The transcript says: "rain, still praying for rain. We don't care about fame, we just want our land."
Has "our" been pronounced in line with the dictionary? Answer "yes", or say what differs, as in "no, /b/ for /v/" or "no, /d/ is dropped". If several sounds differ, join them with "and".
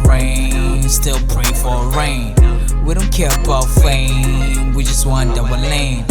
no, /w/ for /ɹ/